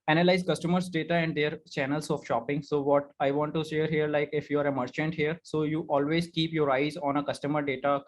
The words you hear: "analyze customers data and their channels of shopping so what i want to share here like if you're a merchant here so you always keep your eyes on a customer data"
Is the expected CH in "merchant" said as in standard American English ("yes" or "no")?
yes